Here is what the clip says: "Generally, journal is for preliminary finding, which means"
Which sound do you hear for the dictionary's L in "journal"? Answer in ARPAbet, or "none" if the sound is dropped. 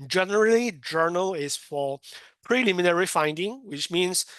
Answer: L